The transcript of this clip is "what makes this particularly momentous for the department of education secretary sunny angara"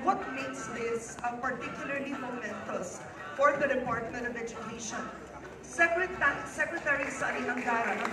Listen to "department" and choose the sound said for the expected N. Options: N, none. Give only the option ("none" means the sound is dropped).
N